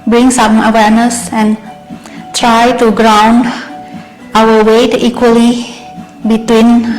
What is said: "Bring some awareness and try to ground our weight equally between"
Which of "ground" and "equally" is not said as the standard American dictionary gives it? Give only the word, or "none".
none